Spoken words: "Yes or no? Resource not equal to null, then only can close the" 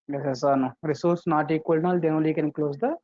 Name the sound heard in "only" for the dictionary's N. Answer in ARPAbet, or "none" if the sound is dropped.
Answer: none